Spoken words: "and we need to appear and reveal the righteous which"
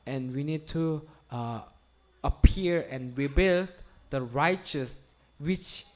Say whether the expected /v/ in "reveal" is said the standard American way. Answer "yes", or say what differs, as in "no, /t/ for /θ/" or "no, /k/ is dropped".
no, /b/ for /v/